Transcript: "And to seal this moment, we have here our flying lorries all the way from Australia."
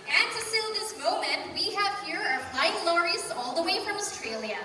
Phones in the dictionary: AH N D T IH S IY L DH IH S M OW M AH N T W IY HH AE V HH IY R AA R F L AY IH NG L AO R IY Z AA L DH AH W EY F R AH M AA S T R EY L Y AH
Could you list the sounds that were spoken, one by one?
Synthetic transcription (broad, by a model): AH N T IH S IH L DH IH S M OW M AH N T W IY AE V HH IY R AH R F AY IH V L AO R IY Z AA L DH AH W EY F R AH M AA S T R EY L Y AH